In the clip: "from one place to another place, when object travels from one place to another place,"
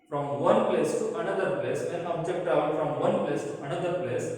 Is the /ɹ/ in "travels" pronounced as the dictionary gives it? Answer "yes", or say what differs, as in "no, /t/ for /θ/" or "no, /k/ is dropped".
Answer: no, /ɹ/ is dropped